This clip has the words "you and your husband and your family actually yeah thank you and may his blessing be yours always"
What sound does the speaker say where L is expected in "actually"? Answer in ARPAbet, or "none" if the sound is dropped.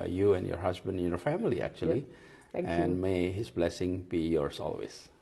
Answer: none